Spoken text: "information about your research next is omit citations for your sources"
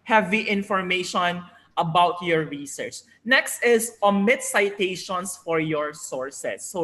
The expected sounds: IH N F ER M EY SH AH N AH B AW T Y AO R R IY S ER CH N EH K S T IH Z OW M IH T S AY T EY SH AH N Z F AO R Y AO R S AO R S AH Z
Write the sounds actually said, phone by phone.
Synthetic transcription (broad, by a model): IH N F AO M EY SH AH N AH B AW T Y AO R R IY S ER CH N EH K S T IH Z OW M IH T S AY T EY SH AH N S F AO R Y AO R S AO R S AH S